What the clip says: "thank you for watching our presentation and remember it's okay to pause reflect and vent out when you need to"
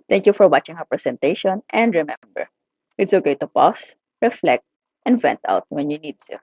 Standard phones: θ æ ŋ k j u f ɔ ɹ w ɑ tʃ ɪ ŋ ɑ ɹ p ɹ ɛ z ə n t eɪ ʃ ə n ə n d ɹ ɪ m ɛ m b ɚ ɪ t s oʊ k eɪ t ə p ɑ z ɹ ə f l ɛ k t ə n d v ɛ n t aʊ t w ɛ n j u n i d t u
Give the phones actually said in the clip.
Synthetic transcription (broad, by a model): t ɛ ŋ k j u f ɔ ɹ w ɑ tʃ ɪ ŋ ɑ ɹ p ɹ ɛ s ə n t eɪ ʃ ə n ə n d ɹ ɪ m ɛ m b ɚ ɪ t s oʊ k eɪ t ə p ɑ s ɹ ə f l ɛ k t ə n d v ɛ n t aʊ t w ɛ n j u n i d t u